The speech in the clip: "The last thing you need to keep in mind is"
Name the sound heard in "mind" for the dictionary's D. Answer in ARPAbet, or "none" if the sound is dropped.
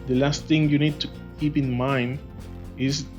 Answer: D